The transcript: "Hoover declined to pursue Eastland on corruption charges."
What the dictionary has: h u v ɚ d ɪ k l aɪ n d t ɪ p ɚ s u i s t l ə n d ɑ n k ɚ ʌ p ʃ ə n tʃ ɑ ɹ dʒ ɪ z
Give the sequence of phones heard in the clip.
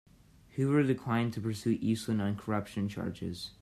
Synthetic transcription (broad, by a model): h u w ɚ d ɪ k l aɪ n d t ɪ p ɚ s u i s t l ə n d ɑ n k ɚ ʌ p ʃ ə n tʃ ɑ ɹ dʒ ɪ z